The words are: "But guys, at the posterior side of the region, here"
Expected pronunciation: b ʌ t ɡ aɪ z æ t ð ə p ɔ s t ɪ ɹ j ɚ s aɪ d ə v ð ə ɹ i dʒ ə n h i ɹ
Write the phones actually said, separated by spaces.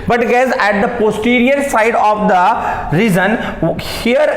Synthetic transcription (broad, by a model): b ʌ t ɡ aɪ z æ t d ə p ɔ s t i ɹ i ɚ s aɪ d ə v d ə ɹ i z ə n h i ɹ